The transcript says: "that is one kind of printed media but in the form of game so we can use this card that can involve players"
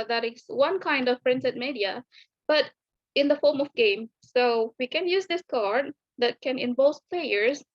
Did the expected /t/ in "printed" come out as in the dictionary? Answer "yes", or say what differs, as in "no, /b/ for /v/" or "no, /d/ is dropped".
no, /s/ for /t/